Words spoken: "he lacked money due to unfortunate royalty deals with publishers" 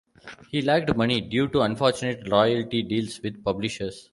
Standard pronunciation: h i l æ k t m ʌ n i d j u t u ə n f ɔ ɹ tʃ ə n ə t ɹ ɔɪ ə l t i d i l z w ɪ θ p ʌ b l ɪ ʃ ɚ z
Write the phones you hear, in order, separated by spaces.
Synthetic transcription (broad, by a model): h i l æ k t m ʌ n i d j u t u ə n f ɔ ɹ tʃ ə n ə t l ɔɪ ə l t i d i l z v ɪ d p ʌ b l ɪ ʃ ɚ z